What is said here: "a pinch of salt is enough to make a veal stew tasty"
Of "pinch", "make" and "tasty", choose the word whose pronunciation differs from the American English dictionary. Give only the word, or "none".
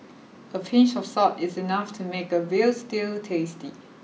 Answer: pinch